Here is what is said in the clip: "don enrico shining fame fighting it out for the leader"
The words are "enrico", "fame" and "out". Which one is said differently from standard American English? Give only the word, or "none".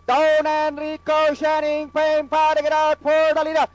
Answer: fame